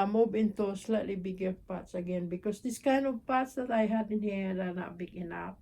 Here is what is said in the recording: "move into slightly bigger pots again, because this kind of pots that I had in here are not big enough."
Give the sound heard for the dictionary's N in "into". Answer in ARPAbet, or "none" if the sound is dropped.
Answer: N